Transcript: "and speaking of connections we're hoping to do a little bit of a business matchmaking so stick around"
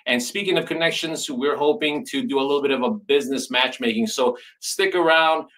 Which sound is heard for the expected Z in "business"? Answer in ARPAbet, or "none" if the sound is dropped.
Z